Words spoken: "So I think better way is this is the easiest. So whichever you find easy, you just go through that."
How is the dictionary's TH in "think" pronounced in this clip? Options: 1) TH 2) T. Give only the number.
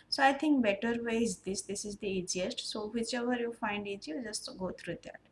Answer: 2